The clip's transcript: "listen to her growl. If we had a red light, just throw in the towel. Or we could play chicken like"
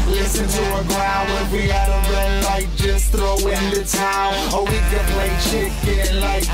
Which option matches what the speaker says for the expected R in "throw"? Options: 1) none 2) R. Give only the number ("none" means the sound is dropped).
2